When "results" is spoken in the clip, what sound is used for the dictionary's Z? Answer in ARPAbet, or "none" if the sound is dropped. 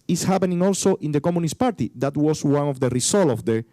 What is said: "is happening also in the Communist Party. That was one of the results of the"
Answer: S